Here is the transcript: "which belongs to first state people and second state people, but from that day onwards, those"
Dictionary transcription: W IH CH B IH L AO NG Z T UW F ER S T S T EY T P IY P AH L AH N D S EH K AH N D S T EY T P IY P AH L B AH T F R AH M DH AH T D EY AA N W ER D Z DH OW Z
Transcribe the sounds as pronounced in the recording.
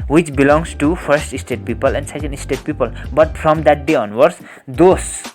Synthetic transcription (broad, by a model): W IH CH B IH L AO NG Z T UW P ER S T S T EY T P IY P AH L AH N D S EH K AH N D S T EY T P IY P AH L B AH T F R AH M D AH T D EY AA N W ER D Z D OW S